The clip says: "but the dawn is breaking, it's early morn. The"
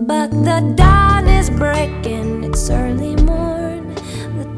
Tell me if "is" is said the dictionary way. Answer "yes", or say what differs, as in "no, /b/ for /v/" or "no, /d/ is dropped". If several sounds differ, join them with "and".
yes